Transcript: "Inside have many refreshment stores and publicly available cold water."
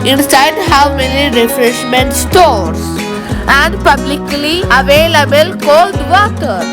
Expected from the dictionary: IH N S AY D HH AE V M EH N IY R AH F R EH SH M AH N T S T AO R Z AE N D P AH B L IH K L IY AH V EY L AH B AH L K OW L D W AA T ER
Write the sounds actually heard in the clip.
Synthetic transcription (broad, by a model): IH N S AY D HH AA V M EH N IY R AH F R EH SH M AH N T S T AO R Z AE N D P AH B L IH K L IY AH V EY L AH B AH L K OW L D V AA T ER